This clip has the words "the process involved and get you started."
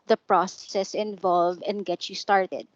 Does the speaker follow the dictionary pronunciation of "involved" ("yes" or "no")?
no